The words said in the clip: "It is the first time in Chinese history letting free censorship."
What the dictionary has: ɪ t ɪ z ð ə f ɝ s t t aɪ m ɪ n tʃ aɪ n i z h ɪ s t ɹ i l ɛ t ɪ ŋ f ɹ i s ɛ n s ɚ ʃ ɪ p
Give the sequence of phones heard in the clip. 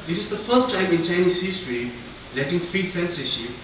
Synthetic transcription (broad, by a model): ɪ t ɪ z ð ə f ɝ s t t aɪ m ɪ n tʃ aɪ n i s h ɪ s t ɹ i l ɛ t ɪ ŋ f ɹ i s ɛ n s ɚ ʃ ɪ